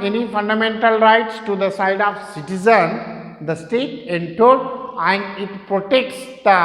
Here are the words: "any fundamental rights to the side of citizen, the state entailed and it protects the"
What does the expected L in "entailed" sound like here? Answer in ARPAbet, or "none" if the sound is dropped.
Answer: none